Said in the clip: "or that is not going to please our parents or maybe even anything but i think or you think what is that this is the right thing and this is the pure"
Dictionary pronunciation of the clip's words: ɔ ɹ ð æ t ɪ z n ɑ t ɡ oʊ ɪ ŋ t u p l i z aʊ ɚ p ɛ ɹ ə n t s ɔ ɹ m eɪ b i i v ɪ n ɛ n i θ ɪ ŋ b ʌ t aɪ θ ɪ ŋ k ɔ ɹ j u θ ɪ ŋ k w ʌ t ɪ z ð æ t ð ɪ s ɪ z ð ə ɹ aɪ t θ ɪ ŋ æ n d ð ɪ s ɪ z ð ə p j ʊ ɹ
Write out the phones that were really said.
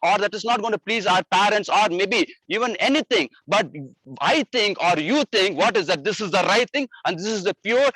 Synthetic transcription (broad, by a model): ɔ ɹ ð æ t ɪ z n ɑ t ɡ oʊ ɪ t u p l i z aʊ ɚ p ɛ ɹ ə n t s ɔ ɹ m eɪ b i i v ɪ n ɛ n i t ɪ ŋ b ʌ t aɪ t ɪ ŋ k ɔ ɹ j u t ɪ ŋ k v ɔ t ɪ z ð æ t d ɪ s ɪ z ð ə ɹ aɪ t t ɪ ŋ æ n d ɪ s ɪ z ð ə p j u ɹ